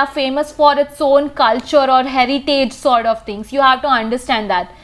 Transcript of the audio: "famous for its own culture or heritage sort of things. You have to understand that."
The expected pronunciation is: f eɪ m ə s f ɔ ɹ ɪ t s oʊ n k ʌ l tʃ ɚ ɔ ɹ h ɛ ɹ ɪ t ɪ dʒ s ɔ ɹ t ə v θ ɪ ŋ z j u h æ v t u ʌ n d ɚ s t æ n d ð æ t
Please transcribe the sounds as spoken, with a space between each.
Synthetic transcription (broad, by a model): f eɪ m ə s f ɔ ɹ ɪ t s oʊ n k ʌ l tʃ ɚ ɔ ɹ h ɛ ɹ ɪ t ɪ dʒ s ɔ ɹ t ə v t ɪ ŋ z j u h æ v t u ʌ n d ɚ s t æ n d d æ t